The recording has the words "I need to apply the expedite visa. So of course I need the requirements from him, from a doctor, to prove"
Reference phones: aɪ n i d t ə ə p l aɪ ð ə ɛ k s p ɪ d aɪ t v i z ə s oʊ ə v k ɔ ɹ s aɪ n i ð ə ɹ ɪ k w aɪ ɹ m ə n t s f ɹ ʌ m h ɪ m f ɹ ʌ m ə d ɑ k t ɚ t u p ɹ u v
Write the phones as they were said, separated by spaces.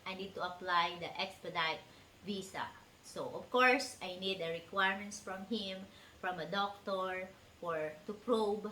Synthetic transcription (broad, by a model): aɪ n i d t ə ə p l aɪ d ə ɛ k s p ɪ d aɪ t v i s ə s oʊ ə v k ɔ ɹ s aɪ n i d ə ɹ ɪ k w aɪ ɹ m ə n t s f ɹ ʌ m h ɪ m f ɹ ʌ m ə d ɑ k t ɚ t u p ɹ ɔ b